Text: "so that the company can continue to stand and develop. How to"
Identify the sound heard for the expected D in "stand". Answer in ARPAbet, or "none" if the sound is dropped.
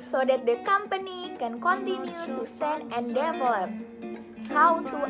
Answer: none